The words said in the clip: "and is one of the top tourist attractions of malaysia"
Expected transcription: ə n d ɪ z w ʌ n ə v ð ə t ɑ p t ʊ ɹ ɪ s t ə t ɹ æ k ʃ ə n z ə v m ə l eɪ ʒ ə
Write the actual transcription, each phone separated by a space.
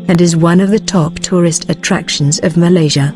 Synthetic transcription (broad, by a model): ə n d ɪ z w ʌ n ə v ð ə t ɑ p t ʊ ɹ ɪ s t ə t ɹ æ k ʃ ə n z ə v m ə l eɪ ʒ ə